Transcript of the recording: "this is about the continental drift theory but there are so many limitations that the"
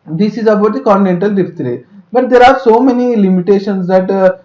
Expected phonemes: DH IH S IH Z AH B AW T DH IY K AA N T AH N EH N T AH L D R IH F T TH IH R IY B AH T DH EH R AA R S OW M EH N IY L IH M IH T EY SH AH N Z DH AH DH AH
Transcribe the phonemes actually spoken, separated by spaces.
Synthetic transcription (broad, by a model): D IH S IH Z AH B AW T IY K AA N T AH N EH N T AH L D IY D T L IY B AH T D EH R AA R S OW M EH N IY L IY M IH T EY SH AH N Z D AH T